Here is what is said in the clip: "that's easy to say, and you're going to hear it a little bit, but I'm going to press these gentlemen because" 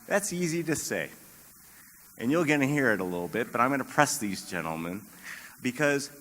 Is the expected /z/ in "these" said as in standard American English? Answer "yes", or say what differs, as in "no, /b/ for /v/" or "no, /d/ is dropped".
yes